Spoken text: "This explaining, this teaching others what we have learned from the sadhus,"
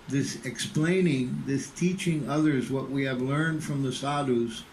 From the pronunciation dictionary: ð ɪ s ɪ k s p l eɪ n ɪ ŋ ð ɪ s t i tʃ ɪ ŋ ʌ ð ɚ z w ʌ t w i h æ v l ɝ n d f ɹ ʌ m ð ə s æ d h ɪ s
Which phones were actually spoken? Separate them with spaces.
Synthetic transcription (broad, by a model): ð ɪ s ɪ k s p l eɪ n ɪ ŋ ð ɪ s t i tʃ ɪ ŋ ʌ ð ɚ z w ʌ t w i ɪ v l ɝ n d f ɹ ʌ m ð ə s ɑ d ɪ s